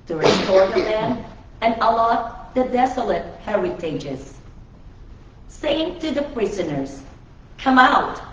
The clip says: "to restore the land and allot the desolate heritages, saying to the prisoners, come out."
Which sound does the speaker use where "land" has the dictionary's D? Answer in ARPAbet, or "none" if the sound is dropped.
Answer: none